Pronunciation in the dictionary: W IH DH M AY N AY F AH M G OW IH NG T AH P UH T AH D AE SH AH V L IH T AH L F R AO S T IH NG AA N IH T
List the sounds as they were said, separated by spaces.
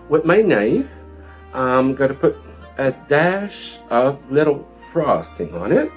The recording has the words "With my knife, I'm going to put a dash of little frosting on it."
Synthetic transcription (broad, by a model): W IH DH M AY N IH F AH M G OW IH T AH P UH T AH D AE SH AH V L IH T L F R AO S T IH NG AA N IH T